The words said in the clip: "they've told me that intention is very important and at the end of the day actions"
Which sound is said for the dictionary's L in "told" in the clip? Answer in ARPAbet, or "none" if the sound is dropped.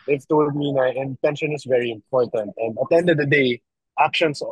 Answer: W